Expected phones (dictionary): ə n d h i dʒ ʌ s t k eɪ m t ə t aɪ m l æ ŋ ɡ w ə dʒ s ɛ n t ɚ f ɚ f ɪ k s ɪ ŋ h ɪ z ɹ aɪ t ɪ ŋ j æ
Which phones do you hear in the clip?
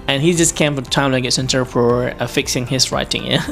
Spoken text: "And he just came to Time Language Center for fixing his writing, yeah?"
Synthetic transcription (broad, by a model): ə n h i dʒ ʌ s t k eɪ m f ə t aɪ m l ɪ ɡ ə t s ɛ n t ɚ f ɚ f ɪ k s ɪ ŋ h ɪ s ɹ aɪ t ɪ ŋ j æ